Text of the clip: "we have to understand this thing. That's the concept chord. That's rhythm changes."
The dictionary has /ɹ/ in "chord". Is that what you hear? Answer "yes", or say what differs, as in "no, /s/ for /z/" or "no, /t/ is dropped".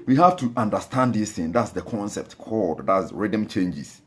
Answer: no, /l/ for /ɹ/